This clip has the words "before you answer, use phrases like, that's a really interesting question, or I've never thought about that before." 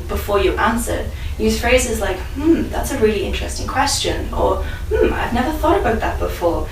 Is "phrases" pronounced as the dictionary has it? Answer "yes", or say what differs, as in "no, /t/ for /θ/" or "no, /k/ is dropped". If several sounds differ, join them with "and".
yes